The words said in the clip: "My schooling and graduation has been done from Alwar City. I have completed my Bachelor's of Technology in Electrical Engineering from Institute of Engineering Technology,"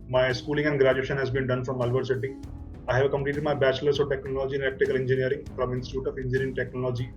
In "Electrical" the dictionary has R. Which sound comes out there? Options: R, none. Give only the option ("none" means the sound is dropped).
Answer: none